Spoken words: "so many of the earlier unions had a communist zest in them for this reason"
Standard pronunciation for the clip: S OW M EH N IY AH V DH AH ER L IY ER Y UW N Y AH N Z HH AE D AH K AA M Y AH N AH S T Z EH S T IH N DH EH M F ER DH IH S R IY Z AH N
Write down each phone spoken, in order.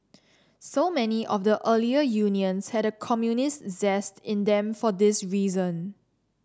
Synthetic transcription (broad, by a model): S OW M EH N IY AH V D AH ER L IY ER Y UW N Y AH N S HH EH D AH K AA M Y AH N AH S T Z EH S T IH N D EH M F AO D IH S R IY Z AH N